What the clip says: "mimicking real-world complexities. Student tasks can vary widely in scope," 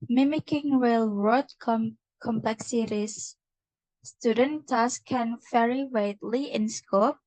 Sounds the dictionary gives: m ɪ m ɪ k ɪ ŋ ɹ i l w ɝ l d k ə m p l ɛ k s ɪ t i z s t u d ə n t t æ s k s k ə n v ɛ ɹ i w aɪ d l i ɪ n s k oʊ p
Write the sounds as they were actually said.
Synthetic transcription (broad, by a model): m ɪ m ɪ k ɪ ŋ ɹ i l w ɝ d k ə m p l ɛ k s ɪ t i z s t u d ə n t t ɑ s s k ə n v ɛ ɹ i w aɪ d l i ɪ n s k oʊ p